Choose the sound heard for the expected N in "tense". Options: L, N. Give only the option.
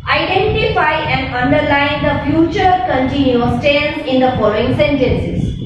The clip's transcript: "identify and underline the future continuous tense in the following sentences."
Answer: L